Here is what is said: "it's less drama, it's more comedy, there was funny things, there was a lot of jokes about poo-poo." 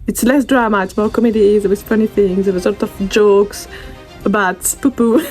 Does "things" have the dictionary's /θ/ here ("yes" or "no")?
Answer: yes